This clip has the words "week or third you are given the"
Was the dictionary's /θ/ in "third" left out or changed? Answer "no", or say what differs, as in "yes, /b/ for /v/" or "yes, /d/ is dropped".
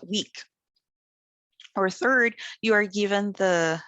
no